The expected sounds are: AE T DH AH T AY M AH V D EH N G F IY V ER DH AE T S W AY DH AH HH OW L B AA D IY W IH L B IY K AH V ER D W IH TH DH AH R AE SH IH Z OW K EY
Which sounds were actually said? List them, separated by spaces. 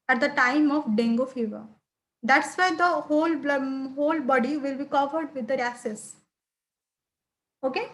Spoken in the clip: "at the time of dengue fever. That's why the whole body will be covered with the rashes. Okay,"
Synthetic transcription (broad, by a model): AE T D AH T AY M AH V D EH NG G F IY V ER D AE T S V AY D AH HH OW L B AA D IY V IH L B IY K AH V ER D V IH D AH R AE S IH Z OW K EY